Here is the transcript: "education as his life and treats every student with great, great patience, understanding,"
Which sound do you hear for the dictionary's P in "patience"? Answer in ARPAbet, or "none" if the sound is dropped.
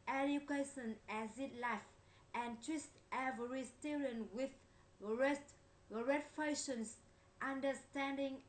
F